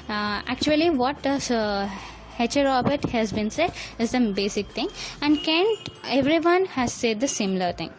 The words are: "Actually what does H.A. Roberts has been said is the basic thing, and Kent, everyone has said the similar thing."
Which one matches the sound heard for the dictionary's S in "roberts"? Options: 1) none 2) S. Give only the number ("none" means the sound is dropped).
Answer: 1